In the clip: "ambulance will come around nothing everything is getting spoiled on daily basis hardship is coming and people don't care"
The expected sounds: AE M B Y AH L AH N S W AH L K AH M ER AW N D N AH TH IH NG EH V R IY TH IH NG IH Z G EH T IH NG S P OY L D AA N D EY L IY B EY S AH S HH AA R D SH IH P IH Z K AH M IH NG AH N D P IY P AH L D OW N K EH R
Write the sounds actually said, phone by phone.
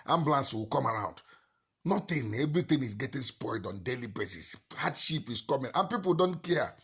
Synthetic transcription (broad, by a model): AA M B L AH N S W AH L K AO M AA AW N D N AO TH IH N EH V R IY T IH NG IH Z G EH T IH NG S P OY L D AA N D EY L IY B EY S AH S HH AA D SH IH P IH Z K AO M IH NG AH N P IY P AH L D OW N K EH